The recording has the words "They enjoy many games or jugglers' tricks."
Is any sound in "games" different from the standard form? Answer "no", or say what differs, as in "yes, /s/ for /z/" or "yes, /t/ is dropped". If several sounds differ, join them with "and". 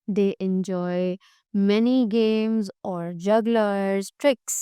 no